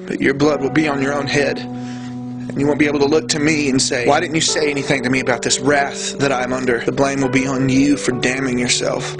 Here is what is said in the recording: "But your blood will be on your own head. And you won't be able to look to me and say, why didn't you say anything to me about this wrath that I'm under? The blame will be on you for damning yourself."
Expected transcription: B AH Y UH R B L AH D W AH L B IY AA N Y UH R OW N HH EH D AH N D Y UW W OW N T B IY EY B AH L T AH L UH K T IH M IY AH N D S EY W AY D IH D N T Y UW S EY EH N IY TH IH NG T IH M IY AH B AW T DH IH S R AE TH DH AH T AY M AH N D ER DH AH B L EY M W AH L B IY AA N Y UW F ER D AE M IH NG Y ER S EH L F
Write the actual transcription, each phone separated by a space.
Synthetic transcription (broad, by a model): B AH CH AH R B L AH D W AH L B IY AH N Y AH R OW N HH EH D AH N Y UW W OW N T B IY EY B L T AH L UH K T IH M IY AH N S EY W AY D IH D N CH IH S EY EH N IY TH IH NG T IH M IY AH B AW T DH IH S R AE TH DH AH T AY M AH N D ER DH AH B L EY M W AH L B IY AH N Y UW F ER D AE M IH NG Y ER S EH L F